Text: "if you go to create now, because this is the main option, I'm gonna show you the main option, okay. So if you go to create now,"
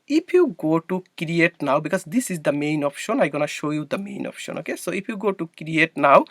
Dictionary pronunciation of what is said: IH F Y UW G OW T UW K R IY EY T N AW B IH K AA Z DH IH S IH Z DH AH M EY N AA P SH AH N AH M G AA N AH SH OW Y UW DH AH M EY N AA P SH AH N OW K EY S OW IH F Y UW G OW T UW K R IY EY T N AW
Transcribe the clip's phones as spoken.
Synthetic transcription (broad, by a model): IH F Y UW G OW T UW K R IY EY T N AW B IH K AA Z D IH S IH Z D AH M EY N AA P SH AH N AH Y G AA N AH SH OW Y UW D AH M EY N AA P SH AH N OW K EY S OW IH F Y UW G OW T UW K R IY EY T N AW